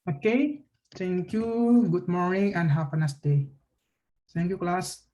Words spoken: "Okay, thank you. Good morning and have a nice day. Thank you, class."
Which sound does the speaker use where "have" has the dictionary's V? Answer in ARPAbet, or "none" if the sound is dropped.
P